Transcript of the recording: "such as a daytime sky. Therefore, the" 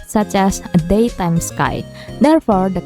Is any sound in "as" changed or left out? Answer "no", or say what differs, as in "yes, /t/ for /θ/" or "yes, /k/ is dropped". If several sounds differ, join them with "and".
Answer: yes, /s/ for /z/